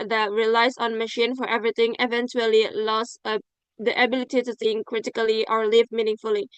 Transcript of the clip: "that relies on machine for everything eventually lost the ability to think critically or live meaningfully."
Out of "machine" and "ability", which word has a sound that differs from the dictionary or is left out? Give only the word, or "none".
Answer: none